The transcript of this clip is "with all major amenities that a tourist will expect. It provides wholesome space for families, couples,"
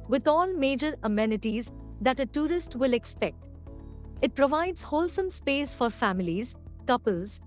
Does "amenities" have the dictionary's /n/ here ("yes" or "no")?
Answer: yes